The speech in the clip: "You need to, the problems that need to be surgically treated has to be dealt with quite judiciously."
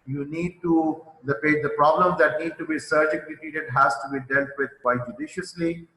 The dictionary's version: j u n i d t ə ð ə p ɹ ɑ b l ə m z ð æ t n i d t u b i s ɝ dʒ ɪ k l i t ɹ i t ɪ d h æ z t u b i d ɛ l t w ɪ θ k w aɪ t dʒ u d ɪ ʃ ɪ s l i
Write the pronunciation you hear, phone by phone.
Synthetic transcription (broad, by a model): j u n i d t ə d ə p ɹ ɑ b l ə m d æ t n i d t u b i s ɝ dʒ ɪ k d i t i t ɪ d h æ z t u b i d ɛ l t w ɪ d k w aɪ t dʒ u d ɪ ʃ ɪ s l i